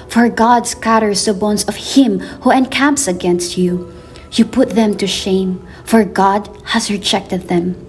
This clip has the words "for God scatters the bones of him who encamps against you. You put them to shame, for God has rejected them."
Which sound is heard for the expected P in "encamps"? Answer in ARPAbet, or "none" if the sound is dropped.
P